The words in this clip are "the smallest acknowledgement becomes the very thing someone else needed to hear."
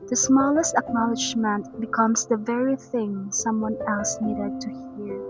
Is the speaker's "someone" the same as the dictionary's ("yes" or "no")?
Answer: yes